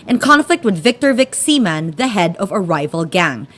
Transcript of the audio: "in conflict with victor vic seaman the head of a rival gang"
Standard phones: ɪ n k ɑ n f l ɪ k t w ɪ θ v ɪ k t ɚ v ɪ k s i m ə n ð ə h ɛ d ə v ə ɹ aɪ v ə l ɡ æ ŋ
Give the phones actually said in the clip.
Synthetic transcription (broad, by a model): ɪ n k ɑ n f l ɪ k t w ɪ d v ɪ k t ɚ v ɪ k s i m ə n ð ə h ɛ d ə v ə ɹ aɪ v ə l ɡ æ ŋ